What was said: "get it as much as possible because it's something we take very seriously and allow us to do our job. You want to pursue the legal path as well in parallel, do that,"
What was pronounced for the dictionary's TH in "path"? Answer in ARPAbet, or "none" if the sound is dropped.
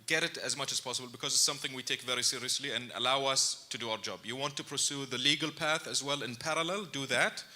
TH